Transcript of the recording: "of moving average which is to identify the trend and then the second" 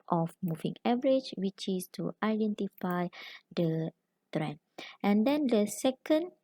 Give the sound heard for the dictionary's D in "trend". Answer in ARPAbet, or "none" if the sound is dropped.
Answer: none